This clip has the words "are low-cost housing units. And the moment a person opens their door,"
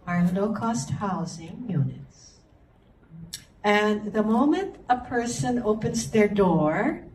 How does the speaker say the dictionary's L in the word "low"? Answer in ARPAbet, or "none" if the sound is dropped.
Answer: N